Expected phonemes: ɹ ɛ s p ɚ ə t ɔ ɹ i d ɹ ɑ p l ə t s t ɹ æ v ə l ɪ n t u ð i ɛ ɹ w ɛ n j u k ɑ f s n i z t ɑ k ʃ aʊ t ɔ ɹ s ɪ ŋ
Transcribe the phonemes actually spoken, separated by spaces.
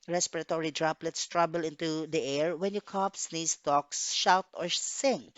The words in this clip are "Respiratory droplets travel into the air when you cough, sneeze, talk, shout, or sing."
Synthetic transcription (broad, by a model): ɹ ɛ s p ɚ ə t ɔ ɹ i d ɹ ɑ p l ə t s t ɹ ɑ b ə l ɪ n t u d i ɛ ɹ w ɛ n j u k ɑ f s n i s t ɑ k ʃ aʊ t ɔ ɹ s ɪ ŋ